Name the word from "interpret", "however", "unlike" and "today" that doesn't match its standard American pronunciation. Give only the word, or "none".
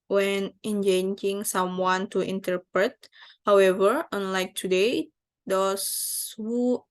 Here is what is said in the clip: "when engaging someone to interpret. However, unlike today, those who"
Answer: none